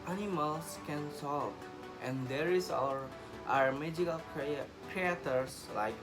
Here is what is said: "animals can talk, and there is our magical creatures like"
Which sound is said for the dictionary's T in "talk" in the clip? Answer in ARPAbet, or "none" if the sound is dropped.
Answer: S